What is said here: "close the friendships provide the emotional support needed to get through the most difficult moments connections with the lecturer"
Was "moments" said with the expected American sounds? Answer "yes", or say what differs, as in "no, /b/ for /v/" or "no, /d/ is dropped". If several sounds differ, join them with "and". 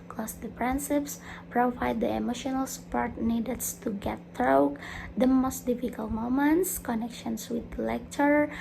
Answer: yes